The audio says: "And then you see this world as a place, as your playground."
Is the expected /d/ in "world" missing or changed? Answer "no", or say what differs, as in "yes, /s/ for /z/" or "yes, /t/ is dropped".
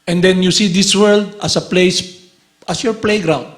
no